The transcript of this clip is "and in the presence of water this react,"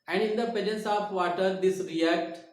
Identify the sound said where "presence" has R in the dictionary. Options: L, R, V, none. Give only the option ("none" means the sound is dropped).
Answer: none